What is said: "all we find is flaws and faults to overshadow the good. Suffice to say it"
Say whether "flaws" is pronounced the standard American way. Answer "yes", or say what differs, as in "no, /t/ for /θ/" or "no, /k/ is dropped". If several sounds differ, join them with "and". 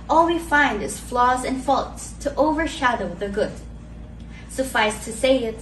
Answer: yes